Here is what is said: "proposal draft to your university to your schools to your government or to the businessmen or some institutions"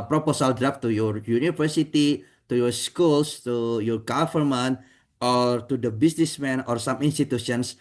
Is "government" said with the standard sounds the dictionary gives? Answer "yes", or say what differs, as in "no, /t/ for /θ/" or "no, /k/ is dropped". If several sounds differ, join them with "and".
no, /f/ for /v/